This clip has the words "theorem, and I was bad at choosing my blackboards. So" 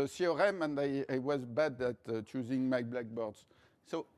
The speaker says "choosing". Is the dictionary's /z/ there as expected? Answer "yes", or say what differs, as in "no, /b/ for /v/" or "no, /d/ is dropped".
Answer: yes